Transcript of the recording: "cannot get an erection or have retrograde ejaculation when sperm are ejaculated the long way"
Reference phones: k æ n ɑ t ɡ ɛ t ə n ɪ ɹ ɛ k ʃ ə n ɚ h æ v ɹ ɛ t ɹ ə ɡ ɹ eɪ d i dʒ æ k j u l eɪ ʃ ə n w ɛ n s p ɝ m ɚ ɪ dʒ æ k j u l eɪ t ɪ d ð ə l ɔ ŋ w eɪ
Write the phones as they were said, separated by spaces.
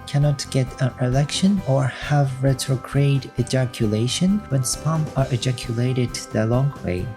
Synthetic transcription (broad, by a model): k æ n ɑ t ɡ ɛ t ə n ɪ l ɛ k ʃ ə n ɚ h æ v ɹ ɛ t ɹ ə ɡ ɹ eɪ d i dʒ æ k j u l eɪ ʃ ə n w ɛ n s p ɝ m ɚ ɪ dʒ æ k j u l eɪ t ɪ d ð ə l ɔ ŋ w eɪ